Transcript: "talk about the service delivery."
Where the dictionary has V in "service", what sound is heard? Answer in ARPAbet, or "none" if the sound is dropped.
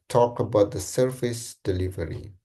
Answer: F